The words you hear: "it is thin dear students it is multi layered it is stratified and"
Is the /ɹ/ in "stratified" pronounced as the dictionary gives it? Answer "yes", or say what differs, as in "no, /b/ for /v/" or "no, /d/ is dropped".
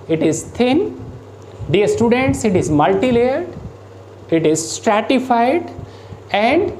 yes